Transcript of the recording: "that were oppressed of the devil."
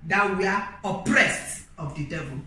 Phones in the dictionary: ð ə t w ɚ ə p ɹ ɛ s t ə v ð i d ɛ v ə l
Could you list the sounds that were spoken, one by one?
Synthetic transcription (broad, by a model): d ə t w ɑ ə p ɹ ɛ s t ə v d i d ɛ v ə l